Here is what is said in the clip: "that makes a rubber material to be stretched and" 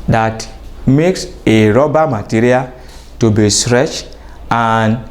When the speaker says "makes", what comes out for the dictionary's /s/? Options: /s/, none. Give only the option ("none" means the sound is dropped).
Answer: /s/